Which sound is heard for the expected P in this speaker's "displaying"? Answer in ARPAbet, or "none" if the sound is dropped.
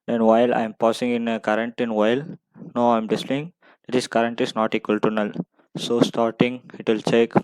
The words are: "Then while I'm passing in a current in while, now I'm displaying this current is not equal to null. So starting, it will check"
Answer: none